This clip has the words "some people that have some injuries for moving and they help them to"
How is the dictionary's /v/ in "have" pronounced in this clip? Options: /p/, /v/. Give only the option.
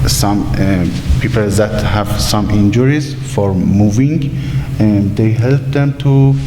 /v/